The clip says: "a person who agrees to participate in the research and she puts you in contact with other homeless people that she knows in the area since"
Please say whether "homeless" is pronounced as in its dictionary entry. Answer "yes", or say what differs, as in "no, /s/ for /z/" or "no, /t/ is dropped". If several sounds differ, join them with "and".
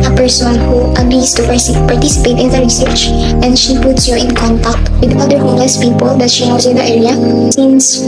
no, /m/ is dropped